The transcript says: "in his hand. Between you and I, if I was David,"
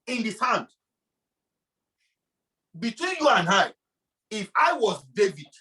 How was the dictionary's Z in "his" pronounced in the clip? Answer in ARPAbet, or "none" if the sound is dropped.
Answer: S